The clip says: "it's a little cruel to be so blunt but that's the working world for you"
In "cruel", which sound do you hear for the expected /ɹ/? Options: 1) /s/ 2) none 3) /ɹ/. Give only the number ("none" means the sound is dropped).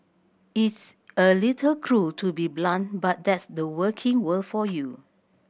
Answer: 3